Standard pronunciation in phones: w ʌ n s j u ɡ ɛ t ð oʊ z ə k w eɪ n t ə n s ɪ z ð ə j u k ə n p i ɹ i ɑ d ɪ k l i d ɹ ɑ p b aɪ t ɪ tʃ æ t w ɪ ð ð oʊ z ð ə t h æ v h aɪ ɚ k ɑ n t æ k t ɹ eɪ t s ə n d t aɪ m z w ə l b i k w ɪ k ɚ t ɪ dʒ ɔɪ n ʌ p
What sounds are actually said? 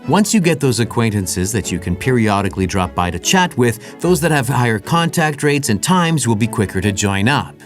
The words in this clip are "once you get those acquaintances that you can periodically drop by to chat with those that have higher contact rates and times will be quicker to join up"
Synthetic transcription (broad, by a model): w ʌ n s j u ɡ ɛ t ð oʊ z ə k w eɪ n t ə n s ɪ z ð ə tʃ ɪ k ə n p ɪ ɹ i ɑ d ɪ k l i d ɹ ɑ p b aɪ t ɪ tʃ æ t w ɪ ð ð oʊ z ð ə t h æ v h aɪ ɚ k ɑ n t æ k t ɹ eɪ t s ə n t aɪ m z w ə l b i k w ɪ k ɚ t ɪ dʒ ɔɪ n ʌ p